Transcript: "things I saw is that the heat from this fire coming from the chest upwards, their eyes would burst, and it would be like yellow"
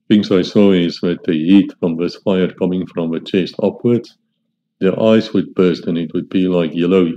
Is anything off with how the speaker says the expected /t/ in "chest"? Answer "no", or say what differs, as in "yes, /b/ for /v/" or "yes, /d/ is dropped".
no